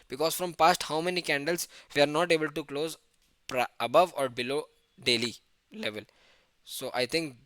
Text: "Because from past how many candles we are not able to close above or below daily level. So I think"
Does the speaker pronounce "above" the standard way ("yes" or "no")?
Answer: yes